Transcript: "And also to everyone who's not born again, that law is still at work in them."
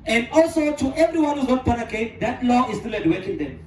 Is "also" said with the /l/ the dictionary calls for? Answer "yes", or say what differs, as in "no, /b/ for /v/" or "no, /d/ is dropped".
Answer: yes